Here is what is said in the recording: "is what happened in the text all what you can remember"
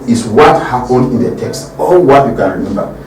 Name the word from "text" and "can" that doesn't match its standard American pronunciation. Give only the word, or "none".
none